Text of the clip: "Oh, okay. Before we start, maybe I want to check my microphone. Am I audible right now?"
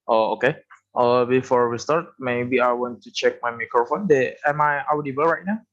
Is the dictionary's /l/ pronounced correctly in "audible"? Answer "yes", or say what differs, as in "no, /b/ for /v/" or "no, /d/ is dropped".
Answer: no, /w/ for /l/